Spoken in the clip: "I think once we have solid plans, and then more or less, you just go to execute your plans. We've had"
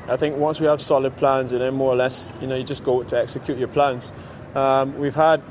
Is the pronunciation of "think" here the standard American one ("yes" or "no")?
yes